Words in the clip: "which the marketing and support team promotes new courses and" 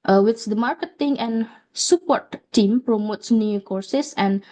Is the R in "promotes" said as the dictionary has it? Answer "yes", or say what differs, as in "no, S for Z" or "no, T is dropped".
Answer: yes